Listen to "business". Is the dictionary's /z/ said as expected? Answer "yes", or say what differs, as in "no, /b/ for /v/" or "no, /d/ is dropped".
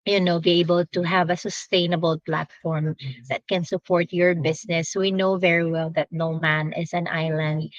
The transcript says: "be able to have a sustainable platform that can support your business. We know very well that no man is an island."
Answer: no, /s/ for /z/